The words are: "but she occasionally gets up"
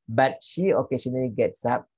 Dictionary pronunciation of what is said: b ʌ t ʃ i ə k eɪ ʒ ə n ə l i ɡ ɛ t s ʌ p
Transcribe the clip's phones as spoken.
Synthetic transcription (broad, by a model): b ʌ t ʃ i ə k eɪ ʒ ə n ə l i ɡ ɛ t s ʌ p